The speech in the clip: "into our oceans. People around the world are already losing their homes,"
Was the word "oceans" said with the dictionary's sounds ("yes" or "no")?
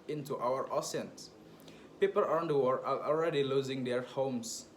no